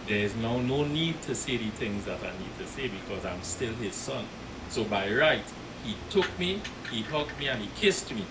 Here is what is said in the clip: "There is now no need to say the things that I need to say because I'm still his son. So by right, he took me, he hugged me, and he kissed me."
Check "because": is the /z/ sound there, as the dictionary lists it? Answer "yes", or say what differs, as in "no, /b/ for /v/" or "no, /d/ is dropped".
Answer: yes